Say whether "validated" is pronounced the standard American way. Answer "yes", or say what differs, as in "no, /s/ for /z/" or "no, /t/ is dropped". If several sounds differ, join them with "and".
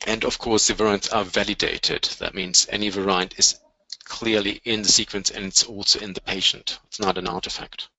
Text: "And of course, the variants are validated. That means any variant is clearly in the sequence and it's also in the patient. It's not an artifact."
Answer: yes